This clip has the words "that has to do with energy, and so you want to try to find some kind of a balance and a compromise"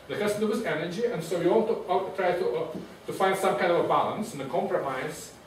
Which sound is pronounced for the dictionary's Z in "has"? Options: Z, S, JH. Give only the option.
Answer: S